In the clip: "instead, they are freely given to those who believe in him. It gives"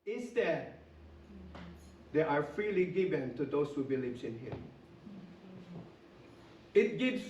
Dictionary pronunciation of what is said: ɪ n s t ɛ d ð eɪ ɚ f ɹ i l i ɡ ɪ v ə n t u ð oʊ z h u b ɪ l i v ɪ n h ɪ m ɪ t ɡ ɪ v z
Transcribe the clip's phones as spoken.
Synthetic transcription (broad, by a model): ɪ n s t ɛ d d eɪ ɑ f ɹ i l i ɡ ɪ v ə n t u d oʊ s h u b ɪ l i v ɪ n h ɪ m ɪ t ɡ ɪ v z